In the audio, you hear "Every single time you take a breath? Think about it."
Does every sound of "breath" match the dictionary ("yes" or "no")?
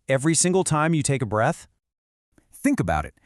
yes